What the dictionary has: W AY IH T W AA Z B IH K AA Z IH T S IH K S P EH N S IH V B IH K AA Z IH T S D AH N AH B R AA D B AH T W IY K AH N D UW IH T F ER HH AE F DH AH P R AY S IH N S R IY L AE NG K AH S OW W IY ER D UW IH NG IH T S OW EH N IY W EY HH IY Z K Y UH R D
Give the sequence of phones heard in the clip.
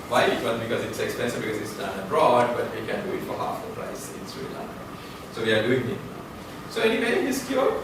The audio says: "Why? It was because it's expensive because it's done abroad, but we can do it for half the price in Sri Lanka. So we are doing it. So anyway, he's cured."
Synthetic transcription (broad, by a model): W AY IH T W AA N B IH K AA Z IH T S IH K S P EH N S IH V B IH K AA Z IH T S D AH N AH B R AA D B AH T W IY K AH N D UW IH T F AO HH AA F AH P R AY S IH N S R IY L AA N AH S OW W IY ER D UW IH NG IH T S OW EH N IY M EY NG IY S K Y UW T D